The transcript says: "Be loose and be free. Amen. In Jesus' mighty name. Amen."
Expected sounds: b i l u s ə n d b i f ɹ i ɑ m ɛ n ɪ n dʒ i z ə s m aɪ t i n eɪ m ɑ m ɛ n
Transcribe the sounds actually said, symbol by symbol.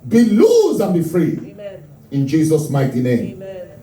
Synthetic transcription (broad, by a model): b i l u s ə n b i f ɹ i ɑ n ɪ n dʒ i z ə s m aɪ t i n eɪ ɑ m